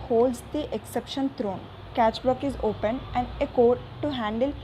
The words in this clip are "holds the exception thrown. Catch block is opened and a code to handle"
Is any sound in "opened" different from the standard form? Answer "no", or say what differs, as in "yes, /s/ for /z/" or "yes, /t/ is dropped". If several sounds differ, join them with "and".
yes, /d/ is dropped